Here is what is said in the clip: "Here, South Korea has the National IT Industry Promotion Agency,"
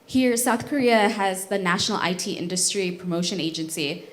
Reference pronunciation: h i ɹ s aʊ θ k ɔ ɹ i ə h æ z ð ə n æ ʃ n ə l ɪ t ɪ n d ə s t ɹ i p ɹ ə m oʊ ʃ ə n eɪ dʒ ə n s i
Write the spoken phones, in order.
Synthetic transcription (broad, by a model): h i ɹ s aʊ θ k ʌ ɹ i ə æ z ð ə n æ ʃ n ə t ɪ t ɪ n d ə s t ɹ i p ɹ ə m oʊ ʃ ə n eɪ dʒ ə n s i